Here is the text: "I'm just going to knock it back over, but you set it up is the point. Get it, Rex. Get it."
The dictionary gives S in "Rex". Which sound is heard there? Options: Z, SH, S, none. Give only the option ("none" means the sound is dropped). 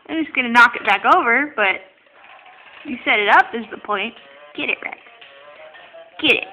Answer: none